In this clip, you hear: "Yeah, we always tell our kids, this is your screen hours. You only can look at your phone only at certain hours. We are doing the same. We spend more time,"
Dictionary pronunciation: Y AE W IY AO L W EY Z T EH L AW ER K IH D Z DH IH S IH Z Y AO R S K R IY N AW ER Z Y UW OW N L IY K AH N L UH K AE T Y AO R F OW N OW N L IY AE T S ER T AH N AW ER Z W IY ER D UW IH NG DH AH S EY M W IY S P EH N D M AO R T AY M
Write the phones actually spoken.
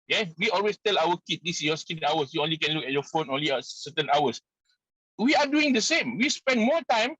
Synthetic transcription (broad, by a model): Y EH W IY AO L W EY S T EH L AW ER K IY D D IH S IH S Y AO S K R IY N AW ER S Y UW OW N L IY K AH N L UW K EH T Y AO F OW N OW N L IY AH S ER T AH N AW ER S W IY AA D UW IH NG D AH S EY M W IY S P EH N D M AO T AY M